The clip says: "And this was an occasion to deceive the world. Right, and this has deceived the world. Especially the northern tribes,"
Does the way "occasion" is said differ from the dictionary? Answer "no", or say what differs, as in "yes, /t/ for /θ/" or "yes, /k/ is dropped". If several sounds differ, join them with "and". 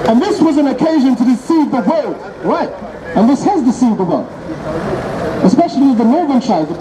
no